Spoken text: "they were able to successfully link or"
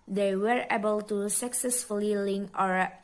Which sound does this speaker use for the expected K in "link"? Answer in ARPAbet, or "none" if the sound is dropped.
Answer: none